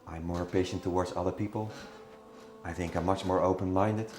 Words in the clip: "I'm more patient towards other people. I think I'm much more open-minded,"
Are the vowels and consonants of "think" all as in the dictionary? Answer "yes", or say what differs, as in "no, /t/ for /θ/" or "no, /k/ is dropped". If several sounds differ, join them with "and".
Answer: yes